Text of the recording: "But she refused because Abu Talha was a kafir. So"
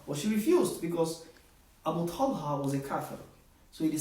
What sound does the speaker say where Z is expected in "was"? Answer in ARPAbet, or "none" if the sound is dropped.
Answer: Z